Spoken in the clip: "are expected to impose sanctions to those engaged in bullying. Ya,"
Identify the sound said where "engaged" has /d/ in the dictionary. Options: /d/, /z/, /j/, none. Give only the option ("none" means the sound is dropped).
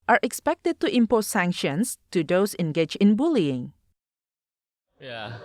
none